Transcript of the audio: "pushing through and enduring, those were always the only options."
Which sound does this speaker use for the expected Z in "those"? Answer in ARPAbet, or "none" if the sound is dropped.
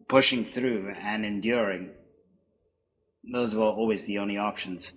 Z